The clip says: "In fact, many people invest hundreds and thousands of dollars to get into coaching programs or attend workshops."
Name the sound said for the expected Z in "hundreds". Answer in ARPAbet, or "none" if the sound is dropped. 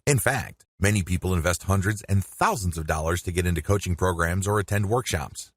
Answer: Z